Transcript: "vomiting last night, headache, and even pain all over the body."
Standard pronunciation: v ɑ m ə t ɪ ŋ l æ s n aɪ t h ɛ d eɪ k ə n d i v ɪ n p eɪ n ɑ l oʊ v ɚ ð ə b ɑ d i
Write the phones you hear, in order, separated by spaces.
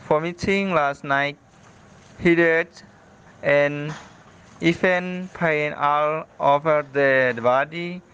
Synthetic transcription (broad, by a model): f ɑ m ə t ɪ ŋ l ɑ s n aɪ t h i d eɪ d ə n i f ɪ n p eɪ n ɑ l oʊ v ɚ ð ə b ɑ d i